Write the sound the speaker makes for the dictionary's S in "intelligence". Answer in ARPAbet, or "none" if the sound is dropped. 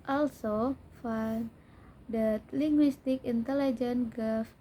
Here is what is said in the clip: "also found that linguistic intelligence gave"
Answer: none